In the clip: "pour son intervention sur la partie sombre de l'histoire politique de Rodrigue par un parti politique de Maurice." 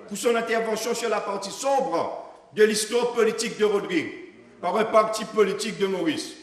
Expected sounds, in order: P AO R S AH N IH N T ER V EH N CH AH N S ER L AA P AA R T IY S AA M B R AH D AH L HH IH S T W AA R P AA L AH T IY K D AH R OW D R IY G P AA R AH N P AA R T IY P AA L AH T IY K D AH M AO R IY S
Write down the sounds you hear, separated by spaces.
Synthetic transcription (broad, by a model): P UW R S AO N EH T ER V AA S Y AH S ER L AA P AA R T IY S AA B R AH D AH L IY S T W AA R P AA L AH T IY K D AH R OW D R IY G P AA R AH P AA R T IY P AA L AH T IY K D AH M AO R IY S